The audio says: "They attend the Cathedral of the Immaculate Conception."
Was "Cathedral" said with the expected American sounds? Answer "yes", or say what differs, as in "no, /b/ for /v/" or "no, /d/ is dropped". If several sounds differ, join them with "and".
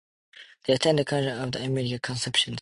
no, /n/ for /l/